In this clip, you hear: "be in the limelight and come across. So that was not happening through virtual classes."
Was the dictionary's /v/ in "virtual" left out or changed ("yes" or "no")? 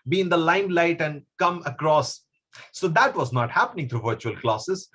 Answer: no